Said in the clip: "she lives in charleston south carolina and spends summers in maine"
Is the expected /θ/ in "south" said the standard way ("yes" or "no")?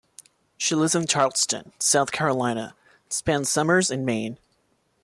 yes